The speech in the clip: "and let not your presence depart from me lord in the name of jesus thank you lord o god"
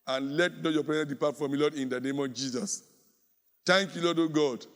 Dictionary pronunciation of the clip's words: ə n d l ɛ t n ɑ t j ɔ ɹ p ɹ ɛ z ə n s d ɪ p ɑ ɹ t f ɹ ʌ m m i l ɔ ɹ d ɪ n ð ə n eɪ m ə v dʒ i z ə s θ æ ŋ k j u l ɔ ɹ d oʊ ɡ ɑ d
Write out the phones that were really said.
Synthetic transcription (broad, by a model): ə n l ɛ t n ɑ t j ɔ p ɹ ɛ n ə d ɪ p ɑ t f ɹ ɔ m m i l ɔ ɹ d ɪ n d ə n eɪ m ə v dʒ i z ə s t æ ŋ k j u l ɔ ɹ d oʊ ɡ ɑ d